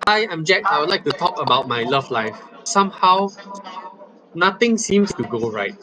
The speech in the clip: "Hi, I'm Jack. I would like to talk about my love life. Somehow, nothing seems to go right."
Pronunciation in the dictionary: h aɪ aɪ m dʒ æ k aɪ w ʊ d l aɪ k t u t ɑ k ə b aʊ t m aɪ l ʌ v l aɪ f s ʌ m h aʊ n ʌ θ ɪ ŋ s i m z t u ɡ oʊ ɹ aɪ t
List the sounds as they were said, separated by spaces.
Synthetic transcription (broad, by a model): aɪ aɪ m dʒ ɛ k aɪ w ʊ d l aɪ k t u t ɑ k ə b aʊ t m aɪ l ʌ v l aɪ f s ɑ m h aʊ n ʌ t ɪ ŋ s i m s t u ɡ oʊ ɹ aɪ t